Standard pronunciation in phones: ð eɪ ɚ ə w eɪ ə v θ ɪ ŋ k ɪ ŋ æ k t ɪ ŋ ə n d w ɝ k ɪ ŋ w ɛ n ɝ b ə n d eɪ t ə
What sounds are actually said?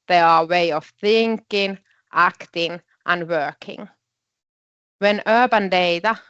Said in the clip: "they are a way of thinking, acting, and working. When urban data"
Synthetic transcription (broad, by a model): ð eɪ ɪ ə w eɪ ə v θ ɪ ŋ k ɪ ŋ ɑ k t ɪ ŋ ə n w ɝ k ɪ ŋ w ɛ n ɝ b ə n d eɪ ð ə